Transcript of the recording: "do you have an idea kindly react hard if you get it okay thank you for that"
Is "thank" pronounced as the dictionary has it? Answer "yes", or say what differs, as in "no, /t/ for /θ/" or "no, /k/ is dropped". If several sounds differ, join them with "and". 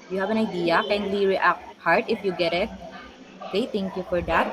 no, /t/ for /θ/